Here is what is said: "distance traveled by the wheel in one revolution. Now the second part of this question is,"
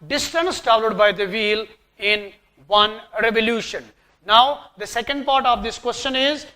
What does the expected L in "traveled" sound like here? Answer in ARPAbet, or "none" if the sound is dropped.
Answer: none